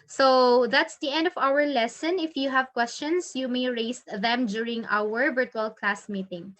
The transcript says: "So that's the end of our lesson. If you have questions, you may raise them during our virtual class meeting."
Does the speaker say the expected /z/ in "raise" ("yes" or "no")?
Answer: no